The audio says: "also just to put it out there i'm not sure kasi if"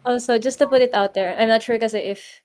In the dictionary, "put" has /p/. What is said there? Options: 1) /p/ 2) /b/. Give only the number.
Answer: 1